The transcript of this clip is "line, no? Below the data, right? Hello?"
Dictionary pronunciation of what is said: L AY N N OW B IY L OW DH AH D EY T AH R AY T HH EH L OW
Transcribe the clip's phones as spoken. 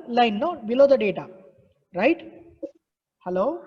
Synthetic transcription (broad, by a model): L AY N L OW B IY L OW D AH D EY T AH R AY T HH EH L OW